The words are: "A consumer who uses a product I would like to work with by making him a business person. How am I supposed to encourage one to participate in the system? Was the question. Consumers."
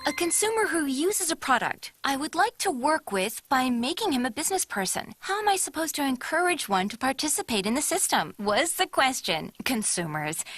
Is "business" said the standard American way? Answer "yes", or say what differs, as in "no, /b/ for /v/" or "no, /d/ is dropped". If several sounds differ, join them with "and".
yes